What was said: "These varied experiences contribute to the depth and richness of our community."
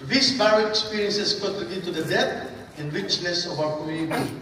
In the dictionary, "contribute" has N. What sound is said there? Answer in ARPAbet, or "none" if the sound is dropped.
none